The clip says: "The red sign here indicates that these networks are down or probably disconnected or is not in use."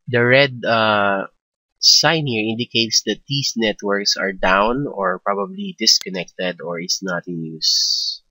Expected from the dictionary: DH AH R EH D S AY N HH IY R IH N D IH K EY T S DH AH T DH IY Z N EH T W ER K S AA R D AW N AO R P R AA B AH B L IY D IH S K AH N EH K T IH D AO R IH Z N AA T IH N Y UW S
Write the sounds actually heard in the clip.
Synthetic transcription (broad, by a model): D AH R EH D S AY N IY R IH N D IH K EY T S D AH T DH IY S N EH T W ER K S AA R D AW N AO R P R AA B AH B L IY D IH S K AH N EH K T IH D AO R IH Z N AA T IH N Y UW S